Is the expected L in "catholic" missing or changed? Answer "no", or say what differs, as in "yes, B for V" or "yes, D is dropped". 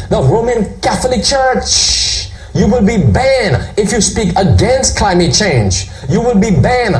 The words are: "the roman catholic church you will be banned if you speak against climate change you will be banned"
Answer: no